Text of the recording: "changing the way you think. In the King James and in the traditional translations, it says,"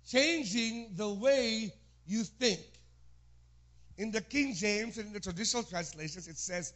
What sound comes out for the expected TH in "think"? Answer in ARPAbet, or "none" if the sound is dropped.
TH